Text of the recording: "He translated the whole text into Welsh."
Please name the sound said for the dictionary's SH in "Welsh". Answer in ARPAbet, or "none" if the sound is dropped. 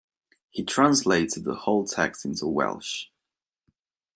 SH